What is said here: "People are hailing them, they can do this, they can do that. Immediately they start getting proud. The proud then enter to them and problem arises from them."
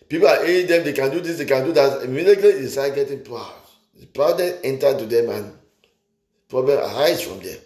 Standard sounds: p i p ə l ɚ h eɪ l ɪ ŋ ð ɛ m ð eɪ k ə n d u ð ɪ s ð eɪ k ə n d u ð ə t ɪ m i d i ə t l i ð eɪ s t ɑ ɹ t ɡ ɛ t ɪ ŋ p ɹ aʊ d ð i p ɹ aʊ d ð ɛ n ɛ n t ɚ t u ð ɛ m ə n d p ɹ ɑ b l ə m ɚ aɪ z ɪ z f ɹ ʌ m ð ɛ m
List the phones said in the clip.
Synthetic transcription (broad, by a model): p i p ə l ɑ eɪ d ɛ m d eɪ k ə n d u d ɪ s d eɪ k ə n d u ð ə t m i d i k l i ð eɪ s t ɑ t ɡ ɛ t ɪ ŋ p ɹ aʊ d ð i p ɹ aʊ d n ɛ ɛ n t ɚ t u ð ɛ m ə n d p ɹ ɑ b l ə m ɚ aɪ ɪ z f ɹ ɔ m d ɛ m